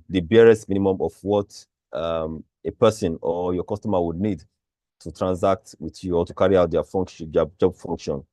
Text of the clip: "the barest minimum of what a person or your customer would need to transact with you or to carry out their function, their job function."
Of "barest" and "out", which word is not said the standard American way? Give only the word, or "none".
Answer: none